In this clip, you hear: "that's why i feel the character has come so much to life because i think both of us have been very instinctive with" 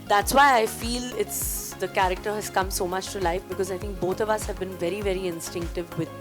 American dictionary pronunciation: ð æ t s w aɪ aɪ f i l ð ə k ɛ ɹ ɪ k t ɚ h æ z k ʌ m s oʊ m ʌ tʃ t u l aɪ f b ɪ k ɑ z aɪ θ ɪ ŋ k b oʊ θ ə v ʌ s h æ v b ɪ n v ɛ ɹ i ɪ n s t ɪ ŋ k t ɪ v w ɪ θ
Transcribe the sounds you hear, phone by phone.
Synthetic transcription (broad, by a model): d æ t s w aɪ aɪ f i l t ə k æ ɹ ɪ k t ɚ h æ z k ʌ m s oʊ m ʌ tʃ t u l aɪ f b ɪ k ɑ z aɪ t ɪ ŋ k b oʊ t ə v ʌ s h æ v b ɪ n v ɛ ɹ i ɪ n s t ɪ ŋ k t ɪ v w ɪ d